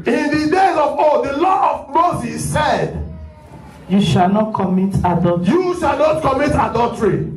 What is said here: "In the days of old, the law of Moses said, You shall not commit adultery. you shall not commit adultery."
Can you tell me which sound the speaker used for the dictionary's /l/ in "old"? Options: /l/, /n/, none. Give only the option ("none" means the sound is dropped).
none